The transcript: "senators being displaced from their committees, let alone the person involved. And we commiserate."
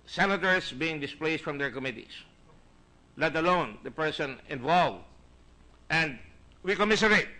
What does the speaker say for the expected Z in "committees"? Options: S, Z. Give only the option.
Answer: S